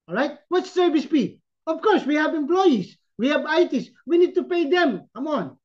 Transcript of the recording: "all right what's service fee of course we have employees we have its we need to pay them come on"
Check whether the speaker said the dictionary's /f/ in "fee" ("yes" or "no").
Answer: no